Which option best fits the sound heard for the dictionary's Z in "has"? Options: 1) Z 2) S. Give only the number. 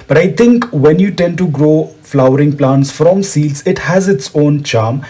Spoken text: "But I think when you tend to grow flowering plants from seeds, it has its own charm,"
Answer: 1